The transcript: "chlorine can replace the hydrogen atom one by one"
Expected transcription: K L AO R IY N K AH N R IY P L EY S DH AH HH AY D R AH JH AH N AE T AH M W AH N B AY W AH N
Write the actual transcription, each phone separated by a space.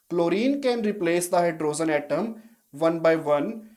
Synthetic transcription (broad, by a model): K L AO R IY N K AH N R IY P L EY S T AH HH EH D R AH Z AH N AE T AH M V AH N B AY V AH N